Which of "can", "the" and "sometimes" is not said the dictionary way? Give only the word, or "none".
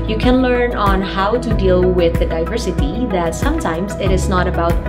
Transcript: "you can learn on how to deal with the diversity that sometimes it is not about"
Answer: none